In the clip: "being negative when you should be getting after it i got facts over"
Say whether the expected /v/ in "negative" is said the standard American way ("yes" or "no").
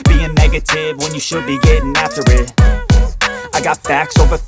yes